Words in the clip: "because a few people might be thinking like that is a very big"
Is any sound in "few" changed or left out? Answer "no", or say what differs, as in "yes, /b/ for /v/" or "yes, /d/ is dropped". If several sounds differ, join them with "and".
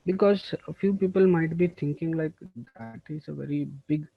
no